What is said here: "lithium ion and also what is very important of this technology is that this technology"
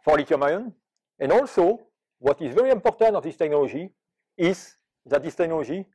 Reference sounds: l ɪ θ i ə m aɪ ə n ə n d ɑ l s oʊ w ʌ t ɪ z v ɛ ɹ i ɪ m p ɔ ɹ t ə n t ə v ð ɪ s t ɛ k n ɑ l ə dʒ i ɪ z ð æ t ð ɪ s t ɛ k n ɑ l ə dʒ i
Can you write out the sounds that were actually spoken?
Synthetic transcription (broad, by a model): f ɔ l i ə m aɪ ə n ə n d ɑ l s oʊ w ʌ t ɪ z v ɛ ɹ i ɪ m p ɔ ɹ t ə n t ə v ð ɪ s t ɛ k n ɑ l ə dʒ i ɪ z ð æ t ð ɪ s t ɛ k n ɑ l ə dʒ i